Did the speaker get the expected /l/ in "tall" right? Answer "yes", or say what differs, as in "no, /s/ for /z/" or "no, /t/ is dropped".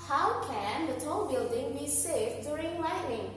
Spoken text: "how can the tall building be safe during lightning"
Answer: no, /n/ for /l/